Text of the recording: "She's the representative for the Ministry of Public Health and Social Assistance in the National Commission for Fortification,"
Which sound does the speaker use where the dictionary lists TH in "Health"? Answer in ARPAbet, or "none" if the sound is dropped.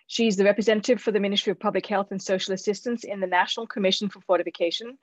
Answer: TH